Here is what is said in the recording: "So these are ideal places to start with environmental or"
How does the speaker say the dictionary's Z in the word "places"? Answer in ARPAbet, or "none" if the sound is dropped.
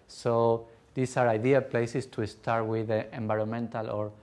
S